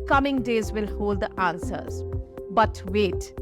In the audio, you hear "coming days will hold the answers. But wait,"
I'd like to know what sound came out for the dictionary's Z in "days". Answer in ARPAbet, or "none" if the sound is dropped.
Z